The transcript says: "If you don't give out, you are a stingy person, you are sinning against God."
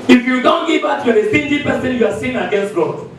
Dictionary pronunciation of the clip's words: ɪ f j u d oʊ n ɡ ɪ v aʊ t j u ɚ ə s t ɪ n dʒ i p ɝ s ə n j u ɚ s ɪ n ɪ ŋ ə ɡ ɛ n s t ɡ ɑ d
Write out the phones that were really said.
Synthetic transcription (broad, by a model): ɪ f j u d oʊ n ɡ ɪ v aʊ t j u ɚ ə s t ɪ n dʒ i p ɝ s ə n j u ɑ s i ɪ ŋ ə ɡ ɛ n s t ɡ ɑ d